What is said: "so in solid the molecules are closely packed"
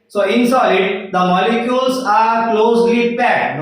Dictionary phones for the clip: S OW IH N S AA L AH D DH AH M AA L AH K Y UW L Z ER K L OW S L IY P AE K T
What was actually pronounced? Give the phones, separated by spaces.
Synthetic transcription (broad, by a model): S OW IH N S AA AH D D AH M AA L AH K Y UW L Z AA K L OW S L IY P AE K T